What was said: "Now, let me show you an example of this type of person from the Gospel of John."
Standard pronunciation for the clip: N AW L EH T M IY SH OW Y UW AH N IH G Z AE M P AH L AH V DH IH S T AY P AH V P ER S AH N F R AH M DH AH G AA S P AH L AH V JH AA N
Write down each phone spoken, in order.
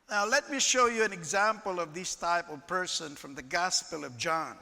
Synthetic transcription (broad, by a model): N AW L EH T M IY SH OW Y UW AH N IH G Z AE M P AH L AH V DH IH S T AY P AH V P ER S AH N F R AH M DH AH G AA S P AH L AH V JH AA N